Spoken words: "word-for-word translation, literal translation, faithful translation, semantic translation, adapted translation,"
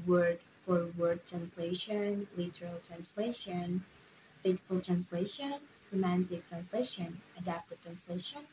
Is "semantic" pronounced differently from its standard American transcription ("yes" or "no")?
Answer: no